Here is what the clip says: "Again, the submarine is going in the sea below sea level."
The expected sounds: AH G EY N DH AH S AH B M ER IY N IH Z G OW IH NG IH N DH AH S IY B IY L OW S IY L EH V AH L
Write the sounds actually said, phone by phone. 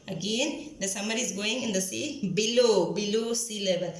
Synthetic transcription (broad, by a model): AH G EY N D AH S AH M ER IY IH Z G OW IH NG IH N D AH S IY B IY L OW S IY L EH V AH L